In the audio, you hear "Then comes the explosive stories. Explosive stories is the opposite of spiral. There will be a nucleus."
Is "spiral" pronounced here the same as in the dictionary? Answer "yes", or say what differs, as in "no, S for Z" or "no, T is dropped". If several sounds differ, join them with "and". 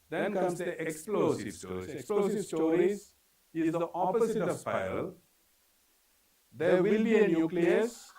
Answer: no, R is dropped